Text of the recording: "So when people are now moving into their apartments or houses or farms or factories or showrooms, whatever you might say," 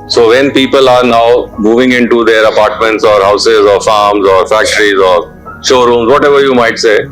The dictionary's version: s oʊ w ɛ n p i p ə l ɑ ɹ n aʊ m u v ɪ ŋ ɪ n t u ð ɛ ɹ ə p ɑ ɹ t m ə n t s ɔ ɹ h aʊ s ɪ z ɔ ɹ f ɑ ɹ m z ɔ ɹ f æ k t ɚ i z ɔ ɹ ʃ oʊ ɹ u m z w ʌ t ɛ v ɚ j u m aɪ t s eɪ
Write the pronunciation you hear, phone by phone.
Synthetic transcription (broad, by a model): s oʊ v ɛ n p i p ə l ɑ ɹ n aʊ m u v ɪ ŋ ɪ n t u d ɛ ɹ ə p ɑ ɹ t m ə n t s ɔ ɹ h aʊ s ɪ z ɔ ɹ f ɑ ɹ m z ɔ ɹ f æ k t ɚ i z ɔ ɹ ʃ oʊ ɹ u m z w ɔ t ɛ v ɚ j u m aɪ t s eɪ